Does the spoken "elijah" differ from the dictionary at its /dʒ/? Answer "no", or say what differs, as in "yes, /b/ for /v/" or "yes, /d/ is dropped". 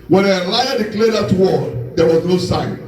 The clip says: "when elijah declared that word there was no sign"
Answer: yes, /dʒ/ is dropped